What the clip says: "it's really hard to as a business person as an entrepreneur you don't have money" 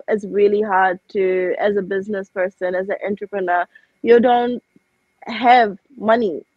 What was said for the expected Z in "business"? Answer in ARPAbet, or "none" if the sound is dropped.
Z